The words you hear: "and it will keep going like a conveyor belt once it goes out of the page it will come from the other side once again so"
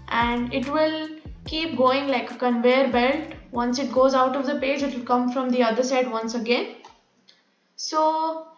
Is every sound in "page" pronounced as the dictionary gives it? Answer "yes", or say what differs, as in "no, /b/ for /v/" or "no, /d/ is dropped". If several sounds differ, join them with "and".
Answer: yes